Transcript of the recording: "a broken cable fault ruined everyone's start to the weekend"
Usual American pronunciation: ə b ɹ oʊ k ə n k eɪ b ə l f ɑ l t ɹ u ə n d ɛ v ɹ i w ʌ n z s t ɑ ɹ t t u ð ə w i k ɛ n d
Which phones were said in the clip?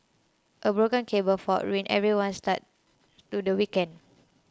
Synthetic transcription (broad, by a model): ə b ɹ oʊ k ə n k eɪ b ə l f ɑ t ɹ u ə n ɛ v ɹ i w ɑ n s t ɑ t t u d ə w i k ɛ n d